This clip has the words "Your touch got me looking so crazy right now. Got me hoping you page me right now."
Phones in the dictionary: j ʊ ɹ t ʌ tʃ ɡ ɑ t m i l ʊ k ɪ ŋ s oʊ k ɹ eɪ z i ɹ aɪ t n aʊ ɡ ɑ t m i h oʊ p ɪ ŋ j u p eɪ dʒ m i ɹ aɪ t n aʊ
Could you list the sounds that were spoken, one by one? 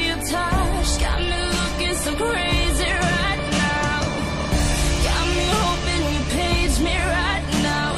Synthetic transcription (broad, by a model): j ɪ t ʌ ʃ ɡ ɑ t m i l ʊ k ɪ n s oʊ k ɹ eɪ z i ɹ aɪ t n aʊ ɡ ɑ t m i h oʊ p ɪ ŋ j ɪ p eɪ dʒ m i ɹ aɪ t n aʊ